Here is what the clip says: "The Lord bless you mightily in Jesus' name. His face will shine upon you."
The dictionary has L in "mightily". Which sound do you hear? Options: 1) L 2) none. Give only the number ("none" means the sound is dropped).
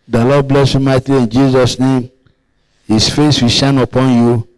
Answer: 2